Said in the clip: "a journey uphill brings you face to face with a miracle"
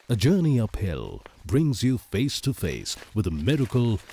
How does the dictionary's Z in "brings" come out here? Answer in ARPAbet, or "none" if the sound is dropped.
Z